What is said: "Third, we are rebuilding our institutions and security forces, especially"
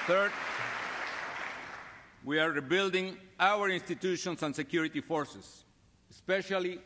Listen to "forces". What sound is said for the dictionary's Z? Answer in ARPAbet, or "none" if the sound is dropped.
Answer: S